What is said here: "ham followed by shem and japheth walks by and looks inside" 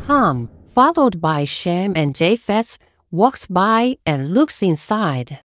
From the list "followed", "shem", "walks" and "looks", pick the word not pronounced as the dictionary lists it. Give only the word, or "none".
none